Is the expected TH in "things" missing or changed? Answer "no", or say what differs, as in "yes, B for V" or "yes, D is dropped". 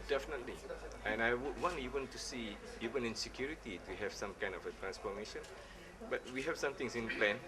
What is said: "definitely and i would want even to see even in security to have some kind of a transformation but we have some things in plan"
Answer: yes, T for TH